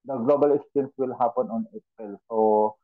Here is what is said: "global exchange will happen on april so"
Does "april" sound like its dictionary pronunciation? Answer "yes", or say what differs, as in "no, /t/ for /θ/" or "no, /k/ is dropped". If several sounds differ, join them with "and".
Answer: no, /ɹ/ is dropped